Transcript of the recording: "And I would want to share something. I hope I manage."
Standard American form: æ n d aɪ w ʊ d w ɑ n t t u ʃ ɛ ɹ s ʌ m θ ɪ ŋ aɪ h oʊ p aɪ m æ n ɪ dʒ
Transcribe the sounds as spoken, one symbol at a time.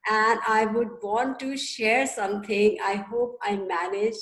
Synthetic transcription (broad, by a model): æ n d aɪ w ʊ d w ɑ n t t u ʃ ɛ ɹ s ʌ m t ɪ ŋ aɪ h oʊ p aɪ m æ n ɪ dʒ